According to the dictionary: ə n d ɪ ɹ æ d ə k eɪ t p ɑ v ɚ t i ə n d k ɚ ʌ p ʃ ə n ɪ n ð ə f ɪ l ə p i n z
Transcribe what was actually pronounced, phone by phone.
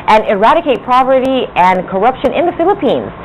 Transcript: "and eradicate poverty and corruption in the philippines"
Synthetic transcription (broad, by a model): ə n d ɪ ɹ æ d ə k eɪ t p ɑ p ɚ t i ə n k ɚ ʌ p ʃ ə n ɪ n ð ə f ɪ l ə p i n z